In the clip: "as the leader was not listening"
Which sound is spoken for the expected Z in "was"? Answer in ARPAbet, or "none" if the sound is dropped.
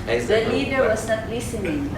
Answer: S